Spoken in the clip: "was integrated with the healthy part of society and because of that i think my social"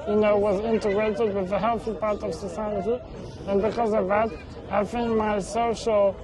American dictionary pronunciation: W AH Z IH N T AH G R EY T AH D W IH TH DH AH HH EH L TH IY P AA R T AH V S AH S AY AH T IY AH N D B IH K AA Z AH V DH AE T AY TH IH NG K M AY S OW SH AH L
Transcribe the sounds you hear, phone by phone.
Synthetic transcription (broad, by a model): W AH Z IH N T AH G R EY T AH D W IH DH AH HH EH L TH IY P AA R T AH V S AH S AY AH T IY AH N B IH K AA Z AH V DH AE T AY F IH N M AY S OW SH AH L